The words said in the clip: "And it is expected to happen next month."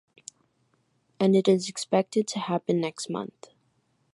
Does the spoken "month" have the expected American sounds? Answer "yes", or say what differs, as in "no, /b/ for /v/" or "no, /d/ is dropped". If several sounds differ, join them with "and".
yes